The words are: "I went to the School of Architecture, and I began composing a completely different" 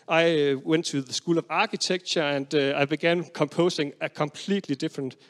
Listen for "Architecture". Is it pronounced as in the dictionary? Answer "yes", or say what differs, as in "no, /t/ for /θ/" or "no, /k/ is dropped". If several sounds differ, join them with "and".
no, /s/ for /t/